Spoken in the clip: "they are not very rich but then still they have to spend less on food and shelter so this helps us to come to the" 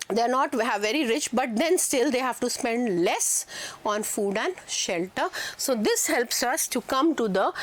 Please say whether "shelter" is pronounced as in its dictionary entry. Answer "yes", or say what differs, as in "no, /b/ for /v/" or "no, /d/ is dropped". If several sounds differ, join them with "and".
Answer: yes